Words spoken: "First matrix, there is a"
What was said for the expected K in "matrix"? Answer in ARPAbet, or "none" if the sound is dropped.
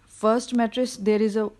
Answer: none